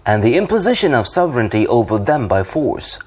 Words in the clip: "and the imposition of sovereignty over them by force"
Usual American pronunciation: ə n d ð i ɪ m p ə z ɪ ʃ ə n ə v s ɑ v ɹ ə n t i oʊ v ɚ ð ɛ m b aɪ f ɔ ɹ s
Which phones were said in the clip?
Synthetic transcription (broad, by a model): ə n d ð i ɪ m p ə z ɪ ʃ ə n ə v s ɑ v ɹ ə n t i oʊ v ɚ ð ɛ m b aɪ f ɔ ɹ s